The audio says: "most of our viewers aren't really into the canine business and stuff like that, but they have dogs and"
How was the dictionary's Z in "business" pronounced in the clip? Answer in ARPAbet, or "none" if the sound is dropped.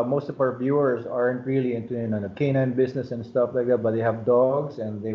S